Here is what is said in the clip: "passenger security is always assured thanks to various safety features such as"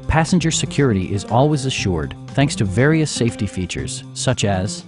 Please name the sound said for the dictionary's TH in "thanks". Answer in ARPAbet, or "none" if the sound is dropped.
TH